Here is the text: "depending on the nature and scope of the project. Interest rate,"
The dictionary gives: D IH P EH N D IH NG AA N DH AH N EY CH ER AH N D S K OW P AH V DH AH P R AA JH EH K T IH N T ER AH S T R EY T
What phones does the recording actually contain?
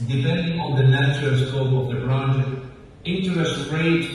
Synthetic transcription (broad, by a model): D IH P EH N D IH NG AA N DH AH N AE CH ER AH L S K OW P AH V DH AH B R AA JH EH T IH N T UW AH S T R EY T